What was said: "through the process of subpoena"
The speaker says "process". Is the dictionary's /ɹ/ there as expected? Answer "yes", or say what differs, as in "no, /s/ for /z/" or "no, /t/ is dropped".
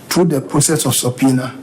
no, /ɹ/ is dropped